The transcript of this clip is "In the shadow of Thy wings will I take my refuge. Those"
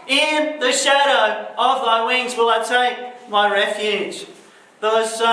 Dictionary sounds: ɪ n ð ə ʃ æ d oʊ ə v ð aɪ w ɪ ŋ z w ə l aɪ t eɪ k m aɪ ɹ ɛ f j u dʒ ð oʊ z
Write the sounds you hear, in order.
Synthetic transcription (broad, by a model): ɪ n ð ə ʃ æ d oʊ ə v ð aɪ w ɪ ŋ z w ə l aɪ t eɪ k m aɪ ɹ ɛ f j u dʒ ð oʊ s